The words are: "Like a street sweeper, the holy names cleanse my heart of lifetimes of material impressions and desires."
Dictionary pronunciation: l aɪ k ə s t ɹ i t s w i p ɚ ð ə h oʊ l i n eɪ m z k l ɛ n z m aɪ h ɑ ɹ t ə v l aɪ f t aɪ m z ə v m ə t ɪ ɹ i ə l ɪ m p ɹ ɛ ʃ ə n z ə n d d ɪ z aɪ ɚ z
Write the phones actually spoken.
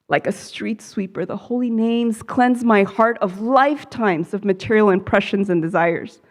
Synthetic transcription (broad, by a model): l aɪ k ə s t ɹ i t s w i p ɚ ð ə h oʊ l i n eɪ m z k l ɛ n z m aɪ h ɑ ɹ t ə v l aɪ f t aɪ m z ə v m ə t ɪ ɹ i l ɪ m p ɹ ɛ ʃ ə n z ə n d d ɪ z aɪ ɚ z